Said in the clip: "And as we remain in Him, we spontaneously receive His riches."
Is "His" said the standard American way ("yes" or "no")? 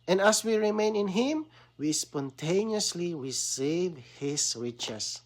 no